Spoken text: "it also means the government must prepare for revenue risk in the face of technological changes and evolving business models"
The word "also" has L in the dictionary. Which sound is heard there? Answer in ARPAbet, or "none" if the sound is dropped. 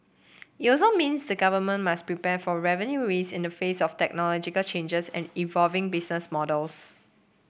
none